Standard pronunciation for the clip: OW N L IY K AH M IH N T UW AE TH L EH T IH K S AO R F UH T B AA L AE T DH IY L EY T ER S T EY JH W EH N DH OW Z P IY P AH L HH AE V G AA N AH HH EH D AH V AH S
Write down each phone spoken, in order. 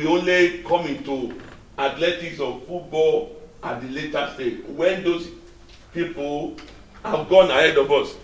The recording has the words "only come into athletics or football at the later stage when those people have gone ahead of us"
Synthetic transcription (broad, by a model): OW N L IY K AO M IH N T UW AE T L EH T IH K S AO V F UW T B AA L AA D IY L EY T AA S T EY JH W EH N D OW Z P IY P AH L HH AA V G AA N AH HH EH D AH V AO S